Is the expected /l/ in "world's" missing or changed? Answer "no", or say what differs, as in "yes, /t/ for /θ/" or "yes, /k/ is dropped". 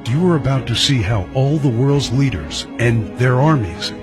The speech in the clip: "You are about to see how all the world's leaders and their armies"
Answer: no